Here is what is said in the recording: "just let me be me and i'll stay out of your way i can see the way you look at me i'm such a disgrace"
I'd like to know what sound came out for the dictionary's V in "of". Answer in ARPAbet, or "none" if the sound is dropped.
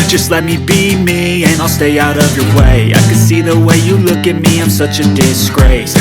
V